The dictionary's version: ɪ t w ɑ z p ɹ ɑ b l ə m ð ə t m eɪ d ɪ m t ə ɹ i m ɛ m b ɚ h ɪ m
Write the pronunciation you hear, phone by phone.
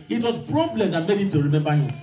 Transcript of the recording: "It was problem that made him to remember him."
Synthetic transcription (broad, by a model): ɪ t w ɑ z p ɹ ɑ b l ə m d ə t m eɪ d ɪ t ə ɹ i m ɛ m b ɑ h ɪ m